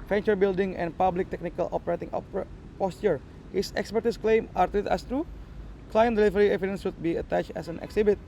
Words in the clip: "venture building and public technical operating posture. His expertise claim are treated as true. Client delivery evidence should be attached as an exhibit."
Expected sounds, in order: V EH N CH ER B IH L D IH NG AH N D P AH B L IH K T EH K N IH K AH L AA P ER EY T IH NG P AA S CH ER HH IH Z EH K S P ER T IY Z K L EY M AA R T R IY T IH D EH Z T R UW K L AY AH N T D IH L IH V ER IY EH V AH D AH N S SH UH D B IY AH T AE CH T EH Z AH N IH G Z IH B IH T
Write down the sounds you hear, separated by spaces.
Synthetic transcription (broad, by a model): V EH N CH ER B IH L D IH NG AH N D P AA B L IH K T EH K N IH K AH L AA P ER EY T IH NG P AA S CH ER HH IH S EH K S P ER T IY S K L EY M AA R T IY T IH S T R UW K L AY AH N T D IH L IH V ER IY EH V AH D AH N S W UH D B IY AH T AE CH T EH S AH N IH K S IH B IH T